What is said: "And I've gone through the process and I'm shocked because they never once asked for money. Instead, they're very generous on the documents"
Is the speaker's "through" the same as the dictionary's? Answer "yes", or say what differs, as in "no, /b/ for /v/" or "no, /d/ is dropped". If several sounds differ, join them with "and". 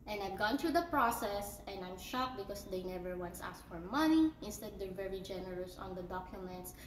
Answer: no, /t/ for /θ/